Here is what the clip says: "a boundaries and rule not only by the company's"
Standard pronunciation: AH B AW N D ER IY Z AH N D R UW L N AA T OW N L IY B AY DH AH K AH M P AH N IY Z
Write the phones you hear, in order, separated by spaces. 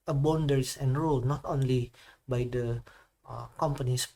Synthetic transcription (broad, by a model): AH B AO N D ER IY S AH N R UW L N AA T OW N L IY B AY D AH K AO M P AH N IY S